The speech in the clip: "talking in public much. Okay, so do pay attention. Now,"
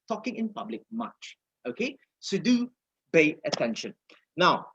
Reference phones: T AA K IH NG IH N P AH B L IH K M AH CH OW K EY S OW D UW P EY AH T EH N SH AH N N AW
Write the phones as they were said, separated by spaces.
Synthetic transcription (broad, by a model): T AA K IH NG IH N P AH B L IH K M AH CH OW K EY S OW D UW B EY AH T EH N SH AH N N AW